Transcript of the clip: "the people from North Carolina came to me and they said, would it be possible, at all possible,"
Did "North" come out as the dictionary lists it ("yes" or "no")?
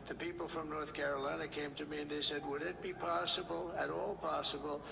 yes